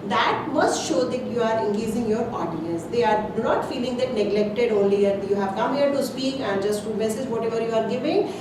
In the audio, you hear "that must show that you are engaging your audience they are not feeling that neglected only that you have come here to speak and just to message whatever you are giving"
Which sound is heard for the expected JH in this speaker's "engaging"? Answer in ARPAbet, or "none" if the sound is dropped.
Z